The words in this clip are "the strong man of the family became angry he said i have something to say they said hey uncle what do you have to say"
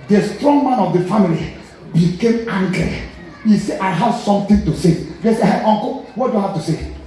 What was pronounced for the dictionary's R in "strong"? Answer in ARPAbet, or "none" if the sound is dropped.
R